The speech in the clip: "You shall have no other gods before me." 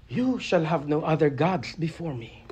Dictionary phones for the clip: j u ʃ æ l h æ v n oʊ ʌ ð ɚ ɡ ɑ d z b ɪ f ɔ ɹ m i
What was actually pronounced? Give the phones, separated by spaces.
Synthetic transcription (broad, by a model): j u ʃ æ l h æ v n oʊ ʌ ð ɚ ɡ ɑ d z b ɪ f ɔ ɹ m i